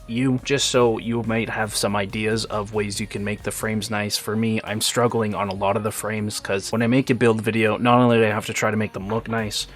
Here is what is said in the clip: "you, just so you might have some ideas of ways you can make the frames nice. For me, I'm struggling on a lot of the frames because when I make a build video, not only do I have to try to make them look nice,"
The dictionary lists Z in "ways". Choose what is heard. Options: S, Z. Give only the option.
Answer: Z